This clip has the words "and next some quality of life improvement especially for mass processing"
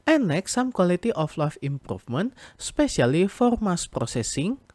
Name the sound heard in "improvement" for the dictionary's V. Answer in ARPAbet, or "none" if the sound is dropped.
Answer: F